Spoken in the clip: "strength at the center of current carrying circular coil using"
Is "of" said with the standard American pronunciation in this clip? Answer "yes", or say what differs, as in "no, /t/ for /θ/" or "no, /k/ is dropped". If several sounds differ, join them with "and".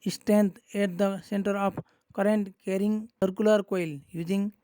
no, /p/ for /v/